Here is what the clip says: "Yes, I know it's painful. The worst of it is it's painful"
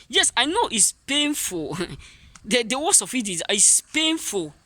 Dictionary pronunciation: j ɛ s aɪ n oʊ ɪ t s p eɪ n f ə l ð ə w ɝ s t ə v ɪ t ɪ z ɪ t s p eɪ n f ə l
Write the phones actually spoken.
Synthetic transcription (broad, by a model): j ɛ s aɪ n oʊ ɪ t s p eɪ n f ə l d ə w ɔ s ə f ɪ t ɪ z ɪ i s p eɪ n f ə l